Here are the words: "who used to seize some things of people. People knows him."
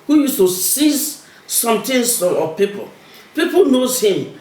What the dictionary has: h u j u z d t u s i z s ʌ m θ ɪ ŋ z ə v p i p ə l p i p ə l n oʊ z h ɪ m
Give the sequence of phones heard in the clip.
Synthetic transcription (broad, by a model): h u j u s t u s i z s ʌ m t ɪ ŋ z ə p i p ə l p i p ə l n oʊ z h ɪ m